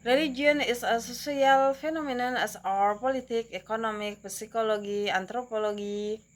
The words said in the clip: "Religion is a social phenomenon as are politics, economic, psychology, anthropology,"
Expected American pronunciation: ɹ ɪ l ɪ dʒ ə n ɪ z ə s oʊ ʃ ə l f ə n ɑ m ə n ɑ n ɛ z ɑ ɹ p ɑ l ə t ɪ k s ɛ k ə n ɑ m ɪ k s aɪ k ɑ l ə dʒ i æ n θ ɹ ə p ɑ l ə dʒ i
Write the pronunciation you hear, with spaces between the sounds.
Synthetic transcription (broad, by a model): ɹ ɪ l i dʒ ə n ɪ s ə s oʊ s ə l f ə n ɑ m ə n ɑ n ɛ s ɑ ɹ p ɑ l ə t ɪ k ɛ k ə n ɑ m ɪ k s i k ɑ l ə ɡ i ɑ n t ɹ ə p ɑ l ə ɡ i